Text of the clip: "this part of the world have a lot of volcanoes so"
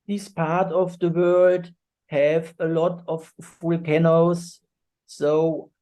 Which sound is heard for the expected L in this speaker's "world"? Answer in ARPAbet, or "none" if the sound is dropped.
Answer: L